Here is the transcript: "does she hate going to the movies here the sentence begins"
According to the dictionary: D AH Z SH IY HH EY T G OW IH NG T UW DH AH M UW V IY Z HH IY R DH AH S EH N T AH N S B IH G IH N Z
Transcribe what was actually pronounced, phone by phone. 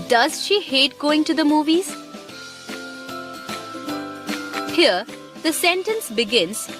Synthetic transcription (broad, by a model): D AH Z SH IY HH EY T G OW IH NG T UW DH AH M UW V IY Z HH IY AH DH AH S EH N T AH N S B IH G IH N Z